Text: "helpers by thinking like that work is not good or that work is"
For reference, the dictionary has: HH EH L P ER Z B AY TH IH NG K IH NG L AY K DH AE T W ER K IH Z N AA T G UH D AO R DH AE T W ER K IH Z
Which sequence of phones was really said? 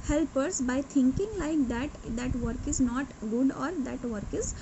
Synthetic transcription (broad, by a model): HH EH L P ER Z B AY T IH NG K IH NG L AY K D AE T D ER K IH Z N AA T G UH D AO R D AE T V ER K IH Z